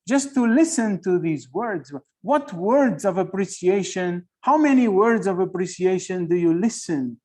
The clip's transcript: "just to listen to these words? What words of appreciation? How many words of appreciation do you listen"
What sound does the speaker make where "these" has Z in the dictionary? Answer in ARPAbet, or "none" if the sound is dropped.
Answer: Z